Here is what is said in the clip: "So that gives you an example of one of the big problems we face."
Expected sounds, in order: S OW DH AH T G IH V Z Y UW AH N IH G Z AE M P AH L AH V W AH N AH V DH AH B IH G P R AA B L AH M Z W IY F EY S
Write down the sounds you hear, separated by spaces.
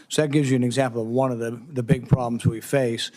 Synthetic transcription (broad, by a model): S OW DH AH T G IH V Z Y AH N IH G Z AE M P L AH V W AH N AH V DH AH B IH G P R AA B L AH M Z W IY F EY S